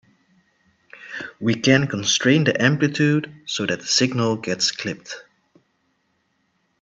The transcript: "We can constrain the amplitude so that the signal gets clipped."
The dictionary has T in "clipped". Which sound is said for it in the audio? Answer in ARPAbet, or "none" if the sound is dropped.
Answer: T